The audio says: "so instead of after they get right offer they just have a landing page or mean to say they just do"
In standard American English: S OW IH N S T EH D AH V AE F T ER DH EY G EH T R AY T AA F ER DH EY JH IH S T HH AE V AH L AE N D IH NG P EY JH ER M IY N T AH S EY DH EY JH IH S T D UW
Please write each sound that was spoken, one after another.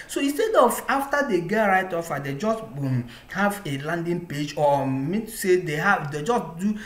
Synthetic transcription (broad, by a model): S OW IH N S T EH D AH V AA F T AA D EY G EH T R AY T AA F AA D EY JH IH S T HH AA V AH L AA N D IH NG P EY JH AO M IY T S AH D EY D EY JH IH S T D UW